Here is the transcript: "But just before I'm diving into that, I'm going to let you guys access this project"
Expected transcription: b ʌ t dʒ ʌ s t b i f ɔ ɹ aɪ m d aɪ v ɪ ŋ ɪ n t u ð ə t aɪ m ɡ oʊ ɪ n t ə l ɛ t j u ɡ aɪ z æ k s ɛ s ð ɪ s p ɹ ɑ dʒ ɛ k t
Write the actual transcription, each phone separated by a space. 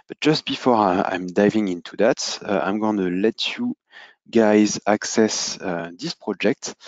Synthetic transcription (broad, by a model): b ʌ t dʒ ʌ s t b i f ɔ ɹ aɪ m d aɪ v ɪ ŋ ɪ n t u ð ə t aɪ m ɡ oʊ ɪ n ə l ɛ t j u ɡ aɪ z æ k s ɛ s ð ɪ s p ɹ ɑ dʒ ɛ k t